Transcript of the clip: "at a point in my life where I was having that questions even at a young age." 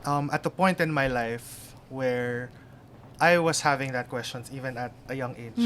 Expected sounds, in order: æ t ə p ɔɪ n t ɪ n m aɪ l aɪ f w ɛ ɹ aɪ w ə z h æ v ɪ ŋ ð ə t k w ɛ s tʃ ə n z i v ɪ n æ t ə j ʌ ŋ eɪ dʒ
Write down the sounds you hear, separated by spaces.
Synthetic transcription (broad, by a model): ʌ t ə p ɔɪ n t ɪ n m aɪ l aɪ f w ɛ ɹ aɪ w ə s h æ v ɪ ŋ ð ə t k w ɛ s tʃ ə n s i v ɪ n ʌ t ə j ʌ ŋ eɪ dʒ